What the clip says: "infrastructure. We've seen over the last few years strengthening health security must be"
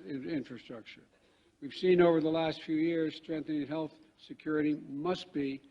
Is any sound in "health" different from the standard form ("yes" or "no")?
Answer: no